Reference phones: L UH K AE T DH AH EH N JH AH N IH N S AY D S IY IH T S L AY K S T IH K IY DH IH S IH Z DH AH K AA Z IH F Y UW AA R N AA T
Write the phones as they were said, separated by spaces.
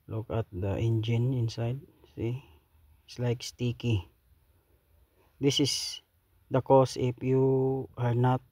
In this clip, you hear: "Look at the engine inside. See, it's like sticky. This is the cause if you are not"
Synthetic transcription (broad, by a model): L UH K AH T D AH EH N JH AH N IH N S AY D S IY IH T S L AY K S T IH K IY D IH S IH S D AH K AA S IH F Y UW AA R N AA T